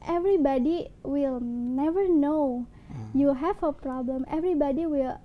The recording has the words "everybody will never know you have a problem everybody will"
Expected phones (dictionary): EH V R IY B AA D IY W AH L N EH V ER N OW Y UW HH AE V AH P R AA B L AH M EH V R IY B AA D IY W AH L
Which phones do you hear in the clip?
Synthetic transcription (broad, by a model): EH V R IY B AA D IY W AH L N EH V ER N OW Y UW HH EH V AH P R AA B L AH M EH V R IY B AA D IY W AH L